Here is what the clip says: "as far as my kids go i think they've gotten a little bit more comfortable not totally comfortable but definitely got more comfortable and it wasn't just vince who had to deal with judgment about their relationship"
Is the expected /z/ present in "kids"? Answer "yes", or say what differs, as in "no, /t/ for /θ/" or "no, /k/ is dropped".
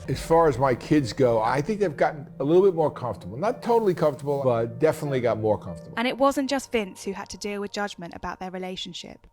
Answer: yes